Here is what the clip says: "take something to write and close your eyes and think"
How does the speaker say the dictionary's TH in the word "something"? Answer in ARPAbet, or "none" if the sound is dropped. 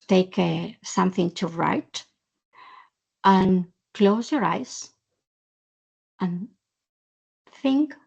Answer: TH